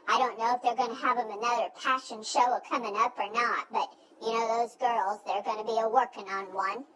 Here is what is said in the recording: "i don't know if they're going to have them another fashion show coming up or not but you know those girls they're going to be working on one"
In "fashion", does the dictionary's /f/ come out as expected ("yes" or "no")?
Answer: no